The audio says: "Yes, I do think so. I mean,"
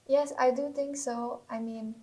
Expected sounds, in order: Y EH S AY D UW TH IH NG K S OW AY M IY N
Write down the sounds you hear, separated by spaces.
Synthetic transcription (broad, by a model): Y EH S AY D UW T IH NG K S OW AY M IY N